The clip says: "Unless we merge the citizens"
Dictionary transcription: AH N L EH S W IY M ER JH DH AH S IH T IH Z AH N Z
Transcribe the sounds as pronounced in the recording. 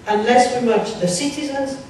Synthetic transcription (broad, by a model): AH N L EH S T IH M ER CH DH AH S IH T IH Z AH N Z